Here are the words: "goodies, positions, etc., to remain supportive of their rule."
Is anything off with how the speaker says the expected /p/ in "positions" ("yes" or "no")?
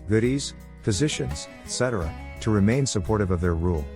yes